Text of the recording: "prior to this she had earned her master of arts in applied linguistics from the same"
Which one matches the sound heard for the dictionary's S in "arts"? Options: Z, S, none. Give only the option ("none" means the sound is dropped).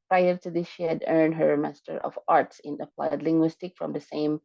S